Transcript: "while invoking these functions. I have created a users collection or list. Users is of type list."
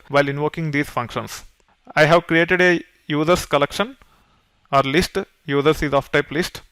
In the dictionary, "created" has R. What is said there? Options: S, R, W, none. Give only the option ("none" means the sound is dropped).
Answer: R